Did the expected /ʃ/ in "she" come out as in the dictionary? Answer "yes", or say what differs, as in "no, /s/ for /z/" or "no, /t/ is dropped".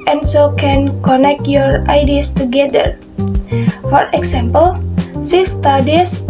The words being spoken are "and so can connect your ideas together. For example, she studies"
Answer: no, /s/ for /ʃ/